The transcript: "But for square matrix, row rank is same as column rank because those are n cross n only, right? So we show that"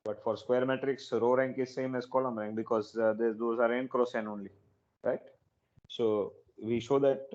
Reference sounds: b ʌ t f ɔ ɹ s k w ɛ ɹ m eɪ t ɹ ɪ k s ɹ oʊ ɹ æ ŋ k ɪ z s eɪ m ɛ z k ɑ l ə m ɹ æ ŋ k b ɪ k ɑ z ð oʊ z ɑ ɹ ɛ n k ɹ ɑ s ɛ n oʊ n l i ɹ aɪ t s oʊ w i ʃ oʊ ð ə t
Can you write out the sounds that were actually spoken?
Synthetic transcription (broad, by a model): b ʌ t f ɔ ɹ s k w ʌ ɹ m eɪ t ɹ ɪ k s ɹ oʊ ɹ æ ŋ k ɪ z s eɪ m ɛ z k ɑ l ə m ɹ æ ŋ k b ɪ k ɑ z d oʊ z ɑ ɹ ɛ n k ɹ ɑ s ɛ n oʊ n l i ɹ aɪ t s oʊ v i ʃ oʊ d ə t